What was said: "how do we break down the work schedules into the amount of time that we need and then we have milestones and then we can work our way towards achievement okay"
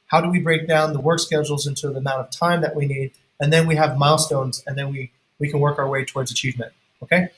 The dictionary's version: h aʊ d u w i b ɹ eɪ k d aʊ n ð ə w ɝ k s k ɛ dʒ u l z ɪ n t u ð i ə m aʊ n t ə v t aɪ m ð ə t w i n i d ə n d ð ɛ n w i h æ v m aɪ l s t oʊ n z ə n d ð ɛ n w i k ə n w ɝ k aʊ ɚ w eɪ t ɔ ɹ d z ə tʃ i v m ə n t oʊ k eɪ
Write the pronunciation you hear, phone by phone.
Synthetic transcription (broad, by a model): h aʊ d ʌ w i b ɹ eɪ k d aʊ n ð ə w ɝ k s k ɛ dʒ l z ɪ n t u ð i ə m aʊ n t ə v t aɪ m ð ə t w i n i d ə n ð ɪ n w i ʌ v m aɪ l s t oʊ n z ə n ð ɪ n w i k ə n w ɝ k aʊ ɚ w eɪ t ɔ ɹ d z ə tʃ i v m ə n t oʊ k eɪ